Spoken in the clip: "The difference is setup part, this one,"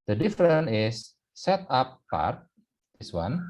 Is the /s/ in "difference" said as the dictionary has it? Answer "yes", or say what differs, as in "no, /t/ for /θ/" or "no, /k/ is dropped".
no, /s/ is dropped